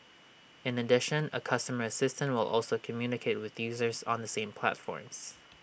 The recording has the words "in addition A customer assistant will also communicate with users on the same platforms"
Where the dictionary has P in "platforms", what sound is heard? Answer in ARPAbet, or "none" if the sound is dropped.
P